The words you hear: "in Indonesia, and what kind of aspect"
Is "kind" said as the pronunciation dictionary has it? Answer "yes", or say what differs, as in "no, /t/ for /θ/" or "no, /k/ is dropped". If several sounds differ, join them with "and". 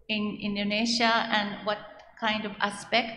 yes